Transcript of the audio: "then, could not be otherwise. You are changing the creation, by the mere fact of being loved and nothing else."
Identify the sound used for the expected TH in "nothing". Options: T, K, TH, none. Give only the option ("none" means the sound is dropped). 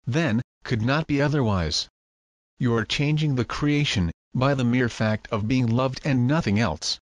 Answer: TH